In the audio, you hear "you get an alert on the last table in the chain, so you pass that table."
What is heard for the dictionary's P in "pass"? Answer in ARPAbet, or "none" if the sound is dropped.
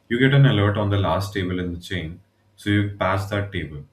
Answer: P